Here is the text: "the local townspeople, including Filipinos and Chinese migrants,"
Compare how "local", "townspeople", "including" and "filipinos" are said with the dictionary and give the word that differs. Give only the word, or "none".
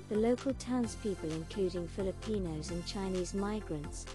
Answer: none